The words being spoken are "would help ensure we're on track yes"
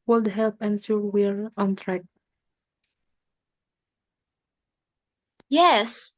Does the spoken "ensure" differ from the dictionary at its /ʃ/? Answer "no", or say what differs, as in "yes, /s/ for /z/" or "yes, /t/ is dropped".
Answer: yes, /s/ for /ʃ/